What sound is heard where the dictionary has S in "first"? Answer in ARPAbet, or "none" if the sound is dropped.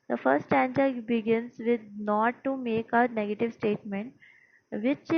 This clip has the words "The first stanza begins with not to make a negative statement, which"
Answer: none